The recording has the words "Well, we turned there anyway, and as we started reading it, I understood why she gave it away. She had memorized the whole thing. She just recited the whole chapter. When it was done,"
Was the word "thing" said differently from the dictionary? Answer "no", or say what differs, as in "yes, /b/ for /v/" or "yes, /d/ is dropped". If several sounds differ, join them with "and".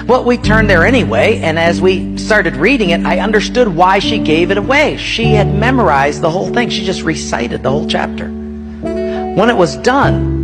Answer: no